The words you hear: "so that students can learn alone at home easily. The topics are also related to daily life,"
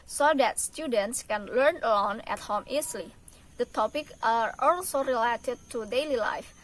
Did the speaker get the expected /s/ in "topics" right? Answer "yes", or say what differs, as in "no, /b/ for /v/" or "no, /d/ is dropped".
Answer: no, /s/ is dropped